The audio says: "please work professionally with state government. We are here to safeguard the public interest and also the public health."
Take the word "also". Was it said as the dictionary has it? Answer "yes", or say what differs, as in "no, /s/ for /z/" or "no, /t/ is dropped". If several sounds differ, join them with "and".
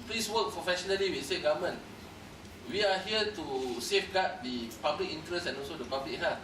yes